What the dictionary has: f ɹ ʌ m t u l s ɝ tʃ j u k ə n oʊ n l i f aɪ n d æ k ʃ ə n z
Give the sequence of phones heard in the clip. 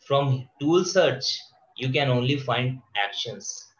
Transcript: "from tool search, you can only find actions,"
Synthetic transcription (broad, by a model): f ɹ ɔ m t u l s ɝ tʃ j u k ə n oʊ n l i f aɪ n d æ k ʃ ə n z